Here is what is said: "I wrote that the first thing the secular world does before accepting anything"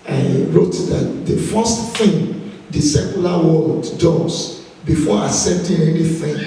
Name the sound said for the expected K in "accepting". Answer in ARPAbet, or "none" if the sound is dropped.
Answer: none